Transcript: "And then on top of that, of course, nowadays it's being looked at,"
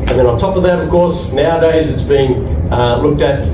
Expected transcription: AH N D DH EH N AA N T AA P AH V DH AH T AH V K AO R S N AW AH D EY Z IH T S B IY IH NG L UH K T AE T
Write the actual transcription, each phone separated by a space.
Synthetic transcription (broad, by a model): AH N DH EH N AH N T AA P AH V DH AH T AH V K AO R S N AW AH D EY Z IH T S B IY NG L UH K T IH T